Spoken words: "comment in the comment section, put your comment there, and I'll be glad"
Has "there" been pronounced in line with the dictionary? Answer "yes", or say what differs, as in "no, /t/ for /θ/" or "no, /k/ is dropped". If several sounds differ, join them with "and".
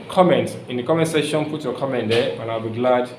no, /w/ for /ɹ/